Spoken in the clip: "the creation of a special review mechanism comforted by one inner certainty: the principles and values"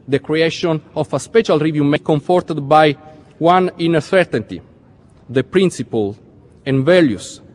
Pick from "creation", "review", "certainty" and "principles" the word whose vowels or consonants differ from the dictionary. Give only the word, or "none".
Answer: principles